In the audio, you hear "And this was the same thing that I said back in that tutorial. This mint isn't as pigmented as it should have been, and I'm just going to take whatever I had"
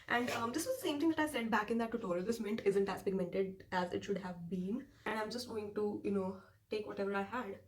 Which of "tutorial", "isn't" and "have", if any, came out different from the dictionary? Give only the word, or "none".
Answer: tutorial